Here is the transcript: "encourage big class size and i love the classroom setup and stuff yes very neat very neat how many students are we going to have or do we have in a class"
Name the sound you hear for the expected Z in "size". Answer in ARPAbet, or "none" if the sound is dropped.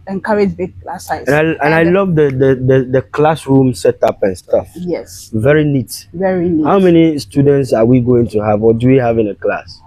none